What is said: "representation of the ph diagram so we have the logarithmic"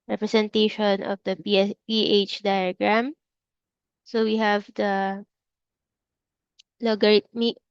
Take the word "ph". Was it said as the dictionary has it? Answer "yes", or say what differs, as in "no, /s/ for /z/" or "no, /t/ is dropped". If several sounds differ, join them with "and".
yes